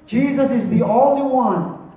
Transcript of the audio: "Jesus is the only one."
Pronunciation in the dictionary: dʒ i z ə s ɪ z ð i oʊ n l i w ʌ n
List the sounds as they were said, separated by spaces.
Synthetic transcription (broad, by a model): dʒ i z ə s ɪ z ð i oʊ l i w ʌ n